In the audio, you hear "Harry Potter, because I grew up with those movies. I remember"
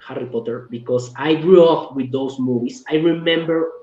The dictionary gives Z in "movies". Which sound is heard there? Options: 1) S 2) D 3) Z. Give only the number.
1